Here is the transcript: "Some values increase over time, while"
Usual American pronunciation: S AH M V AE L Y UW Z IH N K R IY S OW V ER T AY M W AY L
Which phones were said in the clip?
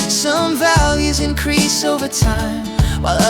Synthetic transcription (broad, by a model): S AH M V AE L Y UW Z IH N K R IY S OW V ER T AY M W AY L